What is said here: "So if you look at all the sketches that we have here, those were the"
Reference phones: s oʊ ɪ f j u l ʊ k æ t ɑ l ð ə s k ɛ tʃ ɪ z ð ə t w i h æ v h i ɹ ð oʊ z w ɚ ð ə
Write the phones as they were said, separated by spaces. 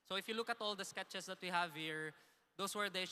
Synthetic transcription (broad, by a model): s oʊ ɪ f j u l ʊ k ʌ t ɑ l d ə s k ɛ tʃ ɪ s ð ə t w i h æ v h i ɹ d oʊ s w ɚ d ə